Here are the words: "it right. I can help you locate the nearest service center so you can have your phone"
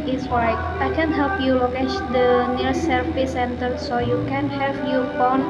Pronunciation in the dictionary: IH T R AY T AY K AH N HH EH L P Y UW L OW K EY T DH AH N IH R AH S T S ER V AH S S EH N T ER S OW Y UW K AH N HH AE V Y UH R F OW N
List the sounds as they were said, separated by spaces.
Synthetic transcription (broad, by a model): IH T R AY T AY K AH N HH EH L P Y UW L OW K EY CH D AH N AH T S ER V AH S S EH N T ER S OW Y UW K AH N HH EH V Y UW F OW N